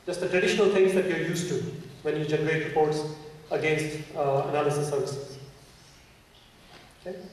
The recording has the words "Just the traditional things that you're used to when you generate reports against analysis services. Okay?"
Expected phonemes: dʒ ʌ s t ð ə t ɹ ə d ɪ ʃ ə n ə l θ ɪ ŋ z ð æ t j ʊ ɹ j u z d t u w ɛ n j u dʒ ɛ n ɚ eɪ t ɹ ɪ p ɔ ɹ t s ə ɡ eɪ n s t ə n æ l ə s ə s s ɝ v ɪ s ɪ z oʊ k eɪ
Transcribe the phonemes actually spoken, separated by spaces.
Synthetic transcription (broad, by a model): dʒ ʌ s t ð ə t ɹ ə d ɪ ʃ ə n ə l t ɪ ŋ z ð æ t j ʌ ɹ j u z t u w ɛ n j u dʒ ɛ n ɚ eɪ t ɹ ɪ p ɔ ɹ t s ə ɡ eɪ n s t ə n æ l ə s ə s s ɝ v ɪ s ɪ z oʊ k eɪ